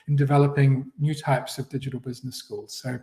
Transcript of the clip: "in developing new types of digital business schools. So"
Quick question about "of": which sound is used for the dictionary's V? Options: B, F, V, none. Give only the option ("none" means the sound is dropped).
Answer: V